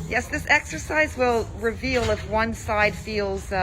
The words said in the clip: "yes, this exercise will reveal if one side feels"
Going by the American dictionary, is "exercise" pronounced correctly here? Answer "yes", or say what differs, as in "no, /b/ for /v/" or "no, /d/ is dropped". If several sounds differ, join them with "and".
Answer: yes